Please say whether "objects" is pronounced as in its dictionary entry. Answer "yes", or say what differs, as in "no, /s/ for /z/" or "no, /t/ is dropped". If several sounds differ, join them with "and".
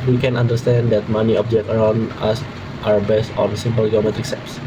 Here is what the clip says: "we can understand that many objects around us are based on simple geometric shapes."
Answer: no, /s/ is dropped